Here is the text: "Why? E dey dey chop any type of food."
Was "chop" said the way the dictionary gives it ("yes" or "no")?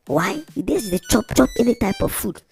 yes